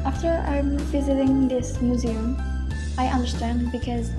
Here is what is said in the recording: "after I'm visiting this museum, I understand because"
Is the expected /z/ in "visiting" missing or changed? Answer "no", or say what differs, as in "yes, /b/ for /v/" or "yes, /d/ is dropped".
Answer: no